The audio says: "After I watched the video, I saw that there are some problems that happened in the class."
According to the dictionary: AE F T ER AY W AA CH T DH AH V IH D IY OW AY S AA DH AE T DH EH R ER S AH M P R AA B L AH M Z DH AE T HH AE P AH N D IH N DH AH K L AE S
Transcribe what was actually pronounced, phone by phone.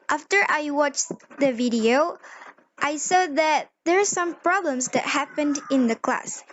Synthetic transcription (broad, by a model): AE F T ER AY W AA CH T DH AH V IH D IY OW AY S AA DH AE T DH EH R S AH M P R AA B L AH M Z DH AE T HH AE P AH N D IH N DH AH K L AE S